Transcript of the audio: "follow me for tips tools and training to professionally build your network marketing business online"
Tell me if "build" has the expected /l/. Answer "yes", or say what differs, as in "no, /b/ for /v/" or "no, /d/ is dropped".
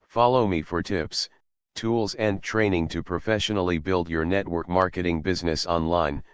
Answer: yes